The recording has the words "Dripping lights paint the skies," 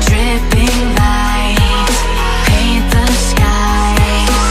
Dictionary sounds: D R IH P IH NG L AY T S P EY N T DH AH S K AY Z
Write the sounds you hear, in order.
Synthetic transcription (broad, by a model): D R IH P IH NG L AY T P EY DH AH S K AY